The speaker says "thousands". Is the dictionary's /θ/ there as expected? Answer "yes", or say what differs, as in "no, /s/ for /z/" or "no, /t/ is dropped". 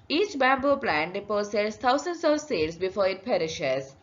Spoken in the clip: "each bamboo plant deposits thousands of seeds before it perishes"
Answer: no, /t/ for /θ/